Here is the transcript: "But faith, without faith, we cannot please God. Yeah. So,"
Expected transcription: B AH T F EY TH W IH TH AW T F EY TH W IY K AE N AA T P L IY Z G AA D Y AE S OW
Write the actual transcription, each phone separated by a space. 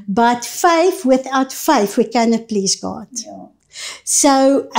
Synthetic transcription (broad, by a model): B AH T F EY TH W IH TH AW T F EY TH W IY K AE N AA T P L IY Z G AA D S OW